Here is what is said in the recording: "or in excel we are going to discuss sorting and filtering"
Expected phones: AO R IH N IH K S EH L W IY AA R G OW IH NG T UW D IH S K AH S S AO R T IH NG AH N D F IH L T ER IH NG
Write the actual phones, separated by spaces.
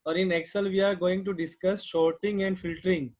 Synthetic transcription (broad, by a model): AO R IH N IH K S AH L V IY AA R G OW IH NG T UW D IH S K AH S SH AO R T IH NG AH N D F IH L T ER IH NG